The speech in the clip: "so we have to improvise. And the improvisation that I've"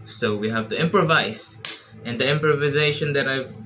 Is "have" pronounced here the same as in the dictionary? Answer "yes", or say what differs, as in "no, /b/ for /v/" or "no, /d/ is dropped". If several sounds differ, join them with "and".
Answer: yes